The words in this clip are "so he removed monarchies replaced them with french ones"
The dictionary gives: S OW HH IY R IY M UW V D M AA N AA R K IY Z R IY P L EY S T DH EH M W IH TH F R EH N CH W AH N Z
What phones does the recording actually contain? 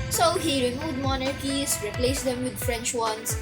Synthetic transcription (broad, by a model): S OW HH IY R IY M UW V D M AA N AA R K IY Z R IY P L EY S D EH M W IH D F R EH N CH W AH N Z